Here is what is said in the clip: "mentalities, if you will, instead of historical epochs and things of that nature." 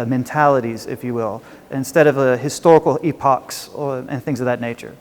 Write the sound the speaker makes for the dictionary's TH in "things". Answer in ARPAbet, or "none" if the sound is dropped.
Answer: TH